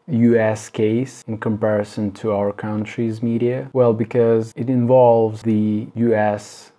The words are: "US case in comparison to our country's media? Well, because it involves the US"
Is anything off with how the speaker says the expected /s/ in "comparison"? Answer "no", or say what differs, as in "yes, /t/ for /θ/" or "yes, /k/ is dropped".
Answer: no